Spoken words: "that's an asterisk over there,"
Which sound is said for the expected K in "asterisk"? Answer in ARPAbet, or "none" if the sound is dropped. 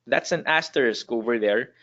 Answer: K